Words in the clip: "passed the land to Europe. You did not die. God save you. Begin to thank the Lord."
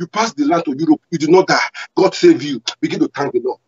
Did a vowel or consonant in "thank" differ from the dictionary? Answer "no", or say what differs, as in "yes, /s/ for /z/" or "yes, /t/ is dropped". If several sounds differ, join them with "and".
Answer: yes, /t/ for /θ/